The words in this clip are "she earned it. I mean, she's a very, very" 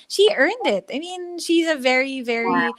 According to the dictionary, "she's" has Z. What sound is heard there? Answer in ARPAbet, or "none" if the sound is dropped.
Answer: Z